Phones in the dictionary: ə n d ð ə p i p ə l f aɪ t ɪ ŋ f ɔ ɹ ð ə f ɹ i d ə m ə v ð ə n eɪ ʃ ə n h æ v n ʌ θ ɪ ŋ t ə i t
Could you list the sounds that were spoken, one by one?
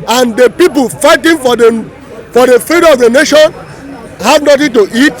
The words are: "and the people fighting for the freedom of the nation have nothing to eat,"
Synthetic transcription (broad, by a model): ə n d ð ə p i p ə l f aɪ t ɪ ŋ f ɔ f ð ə f i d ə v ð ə n eɪ ʃ ə n h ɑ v n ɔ t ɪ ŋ t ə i t